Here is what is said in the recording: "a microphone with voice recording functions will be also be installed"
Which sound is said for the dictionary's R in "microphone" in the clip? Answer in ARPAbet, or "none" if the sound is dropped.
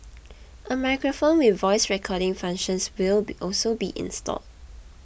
R